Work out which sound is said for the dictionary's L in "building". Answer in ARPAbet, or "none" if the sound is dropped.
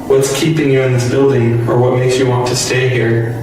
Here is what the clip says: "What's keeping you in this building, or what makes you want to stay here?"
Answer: L